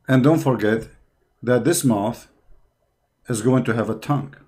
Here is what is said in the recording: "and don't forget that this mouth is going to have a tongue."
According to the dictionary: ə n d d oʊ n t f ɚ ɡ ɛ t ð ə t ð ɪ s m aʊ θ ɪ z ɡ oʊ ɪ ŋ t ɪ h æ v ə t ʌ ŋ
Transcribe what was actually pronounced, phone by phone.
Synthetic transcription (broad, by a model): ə n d d oʊ n t f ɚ ɡ ɛ t ð ə t ð ɪ s m aʊ θ ɪ z ɡ oʊ ɪ ŋ t ɪ h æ v ə t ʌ ŋ